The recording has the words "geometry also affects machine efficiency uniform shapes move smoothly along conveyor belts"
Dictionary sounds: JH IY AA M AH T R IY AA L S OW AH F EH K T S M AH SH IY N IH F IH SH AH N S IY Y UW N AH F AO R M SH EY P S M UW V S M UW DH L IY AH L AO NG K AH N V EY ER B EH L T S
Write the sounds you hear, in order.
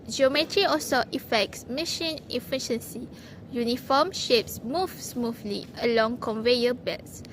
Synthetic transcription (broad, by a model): JH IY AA M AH T R IY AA L S OW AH F EH K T S M AH SH IY N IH F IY SH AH N S IY Y UW N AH F AO M SH EY P S M UW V S M UW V L IY AH L AO NG K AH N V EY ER B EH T S